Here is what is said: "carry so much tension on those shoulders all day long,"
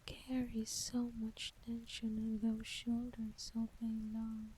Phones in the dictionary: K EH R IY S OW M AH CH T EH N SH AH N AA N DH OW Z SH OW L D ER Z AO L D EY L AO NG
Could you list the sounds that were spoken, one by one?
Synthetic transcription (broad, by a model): K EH R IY S OW M AH CH T EH N SH AH N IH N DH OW SH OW L D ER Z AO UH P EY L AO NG